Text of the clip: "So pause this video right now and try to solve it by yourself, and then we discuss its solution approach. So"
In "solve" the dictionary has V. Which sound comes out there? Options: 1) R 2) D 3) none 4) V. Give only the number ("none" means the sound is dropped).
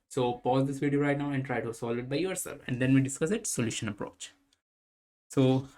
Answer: 3